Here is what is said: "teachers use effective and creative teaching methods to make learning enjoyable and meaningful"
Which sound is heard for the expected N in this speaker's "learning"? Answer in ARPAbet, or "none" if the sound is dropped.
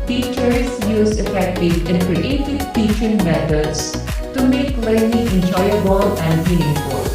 L